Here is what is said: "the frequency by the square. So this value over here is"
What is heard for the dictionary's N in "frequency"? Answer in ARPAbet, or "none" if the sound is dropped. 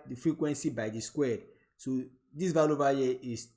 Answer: N